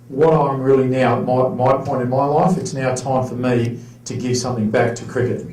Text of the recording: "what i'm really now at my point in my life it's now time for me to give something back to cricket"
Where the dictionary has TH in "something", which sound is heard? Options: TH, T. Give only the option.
TH